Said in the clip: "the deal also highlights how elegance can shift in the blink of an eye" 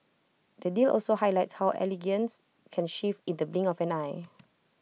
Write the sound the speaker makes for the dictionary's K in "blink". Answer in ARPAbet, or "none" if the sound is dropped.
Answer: none